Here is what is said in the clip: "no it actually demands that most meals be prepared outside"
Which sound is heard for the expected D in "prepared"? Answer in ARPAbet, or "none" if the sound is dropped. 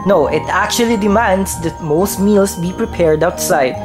D